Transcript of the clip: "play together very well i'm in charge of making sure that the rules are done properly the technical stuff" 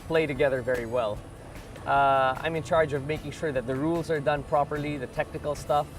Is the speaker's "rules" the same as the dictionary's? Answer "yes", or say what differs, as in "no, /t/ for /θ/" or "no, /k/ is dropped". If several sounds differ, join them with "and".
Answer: yes